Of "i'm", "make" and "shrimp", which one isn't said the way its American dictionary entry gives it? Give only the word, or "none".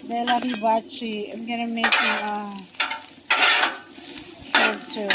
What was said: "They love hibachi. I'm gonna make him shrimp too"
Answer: shrimp